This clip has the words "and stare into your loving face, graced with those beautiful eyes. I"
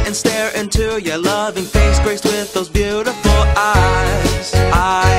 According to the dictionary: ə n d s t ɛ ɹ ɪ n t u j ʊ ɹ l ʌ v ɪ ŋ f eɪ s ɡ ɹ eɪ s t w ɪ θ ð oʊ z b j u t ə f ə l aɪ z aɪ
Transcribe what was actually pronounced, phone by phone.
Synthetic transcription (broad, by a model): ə n s t ɛ ɹ ɪ n t u j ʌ ɹ l ʌ v ɪ ŋ f eɪ s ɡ ɹ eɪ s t w ɪ ð oʊ z b j u t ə f l aɪ z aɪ